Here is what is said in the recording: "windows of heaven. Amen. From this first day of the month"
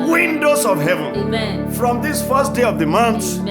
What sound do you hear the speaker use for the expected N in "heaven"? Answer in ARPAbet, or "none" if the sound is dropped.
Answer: N